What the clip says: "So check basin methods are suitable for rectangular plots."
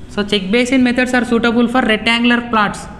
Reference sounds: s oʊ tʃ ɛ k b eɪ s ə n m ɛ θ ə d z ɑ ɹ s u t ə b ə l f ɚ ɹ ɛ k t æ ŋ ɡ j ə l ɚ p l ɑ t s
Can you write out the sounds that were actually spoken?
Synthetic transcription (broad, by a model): s oʊ tʃ ɛ k b eɪ s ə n m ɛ t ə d s ɑ ɹ s u t ə b ə l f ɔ ɹ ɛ t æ ŋ ɡ l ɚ p l ɑ t s